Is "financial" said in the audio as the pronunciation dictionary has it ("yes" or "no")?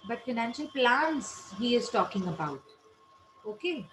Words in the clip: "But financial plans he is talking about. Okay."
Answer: yes